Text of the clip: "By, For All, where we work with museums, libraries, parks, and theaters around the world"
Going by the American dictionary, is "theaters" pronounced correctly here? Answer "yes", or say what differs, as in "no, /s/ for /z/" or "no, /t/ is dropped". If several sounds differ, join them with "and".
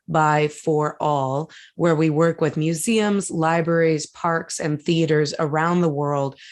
yes